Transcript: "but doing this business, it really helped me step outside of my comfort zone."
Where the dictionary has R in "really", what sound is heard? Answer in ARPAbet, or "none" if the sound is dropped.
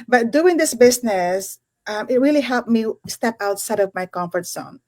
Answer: R